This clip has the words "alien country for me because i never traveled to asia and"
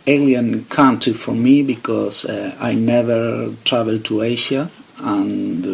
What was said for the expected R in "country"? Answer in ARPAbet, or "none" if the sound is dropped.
none